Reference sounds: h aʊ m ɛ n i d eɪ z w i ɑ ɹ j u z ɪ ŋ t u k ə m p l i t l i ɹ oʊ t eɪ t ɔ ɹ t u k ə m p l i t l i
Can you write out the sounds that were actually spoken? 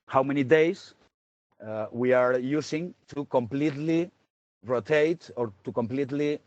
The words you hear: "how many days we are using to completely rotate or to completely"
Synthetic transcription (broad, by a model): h aʊ m ɛ n i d eɪ s w i ɑ ɹ j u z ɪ ŋ t u k ə m p l i t l i ɹ oʊ t eɪ t ɔ ɹ t u k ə m p l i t l i